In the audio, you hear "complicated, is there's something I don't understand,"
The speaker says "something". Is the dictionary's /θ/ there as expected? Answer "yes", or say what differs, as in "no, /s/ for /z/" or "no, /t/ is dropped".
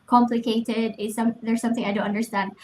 yes